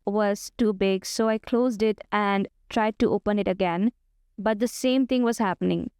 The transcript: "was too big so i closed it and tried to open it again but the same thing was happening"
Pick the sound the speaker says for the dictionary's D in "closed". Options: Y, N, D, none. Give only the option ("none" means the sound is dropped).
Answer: D